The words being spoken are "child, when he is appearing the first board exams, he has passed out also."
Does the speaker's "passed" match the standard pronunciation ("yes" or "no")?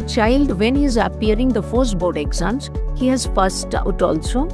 no